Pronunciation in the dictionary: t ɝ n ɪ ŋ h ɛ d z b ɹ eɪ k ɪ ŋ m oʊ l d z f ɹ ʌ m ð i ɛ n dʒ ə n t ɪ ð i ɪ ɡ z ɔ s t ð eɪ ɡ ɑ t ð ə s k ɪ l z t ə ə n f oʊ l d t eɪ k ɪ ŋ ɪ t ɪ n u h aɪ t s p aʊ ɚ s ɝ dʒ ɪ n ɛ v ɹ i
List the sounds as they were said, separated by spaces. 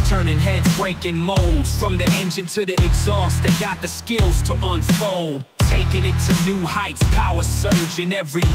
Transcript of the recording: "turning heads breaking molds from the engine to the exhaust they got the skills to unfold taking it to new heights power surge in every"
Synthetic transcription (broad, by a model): t ɝ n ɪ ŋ h ɛ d b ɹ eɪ k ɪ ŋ m oʊ l d z f ɹ ʌ m ð i ɛ n dʒ ə n t ɪ ð i ɪ ɡ z ɔ s t ð eɪ ɡ ɑ t ð ə s k ɪ l z t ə ə n f oʊ l d t eɪ k ɪ ŋ ɪ t ɪ n u h aɪ t s p aʊ ɚ s ɝ dʒ ɪ n ɛ v ɹ i